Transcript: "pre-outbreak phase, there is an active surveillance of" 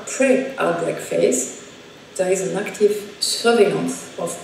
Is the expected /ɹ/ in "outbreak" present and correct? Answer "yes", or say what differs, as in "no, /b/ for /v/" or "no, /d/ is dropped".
no, /ɹ/ is dropped